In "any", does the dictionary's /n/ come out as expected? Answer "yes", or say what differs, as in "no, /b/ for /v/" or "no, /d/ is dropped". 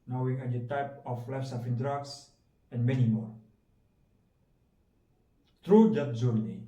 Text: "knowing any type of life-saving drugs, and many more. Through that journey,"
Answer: no, /n/ is dropped